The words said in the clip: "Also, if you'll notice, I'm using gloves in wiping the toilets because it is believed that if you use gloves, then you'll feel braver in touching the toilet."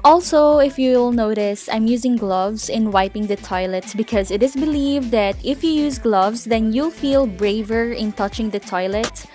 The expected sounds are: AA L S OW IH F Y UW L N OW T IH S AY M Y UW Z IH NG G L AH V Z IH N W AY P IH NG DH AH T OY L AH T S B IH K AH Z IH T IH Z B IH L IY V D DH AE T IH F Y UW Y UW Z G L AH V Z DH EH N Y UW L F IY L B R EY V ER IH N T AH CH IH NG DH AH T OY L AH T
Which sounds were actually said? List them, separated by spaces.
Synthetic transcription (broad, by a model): AA L S OW IH F Y UW L N OW T IH S AY M Y UW Z IH NG G L AH V Z IH N W AY P IH NG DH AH T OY L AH T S B IH K AH Z IH T IH Z B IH L IY V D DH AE T IH F Y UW Y UW Z G L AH V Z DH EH N Y UW L F IY L B R EY V ER IH N T AH CH IH NG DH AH T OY L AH T